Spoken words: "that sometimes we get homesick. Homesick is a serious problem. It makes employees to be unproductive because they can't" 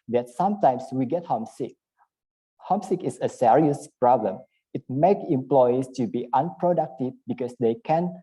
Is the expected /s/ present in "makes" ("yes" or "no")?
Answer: no